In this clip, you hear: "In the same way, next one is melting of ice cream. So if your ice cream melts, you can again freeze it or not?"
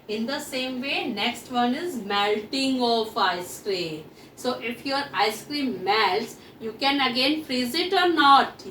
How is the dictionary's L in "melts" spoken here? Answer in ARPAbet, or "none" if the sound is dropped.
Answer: L